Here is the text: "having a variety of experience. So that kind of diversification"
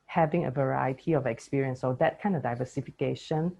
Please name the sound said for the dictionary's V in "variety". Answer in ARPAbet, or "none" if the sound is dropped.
V